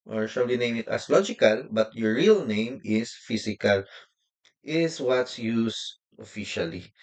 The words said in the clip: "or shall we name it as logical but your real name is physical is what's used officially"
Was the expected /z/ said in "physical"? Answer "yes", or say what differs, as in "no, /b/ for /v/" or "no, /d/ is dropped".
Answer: no, /s/ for /z/